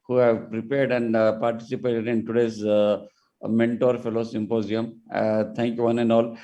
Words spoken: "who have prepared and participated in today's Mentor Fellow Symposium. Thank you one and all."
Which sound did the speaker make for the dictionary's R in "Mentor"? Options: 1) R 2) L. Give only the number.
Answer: 1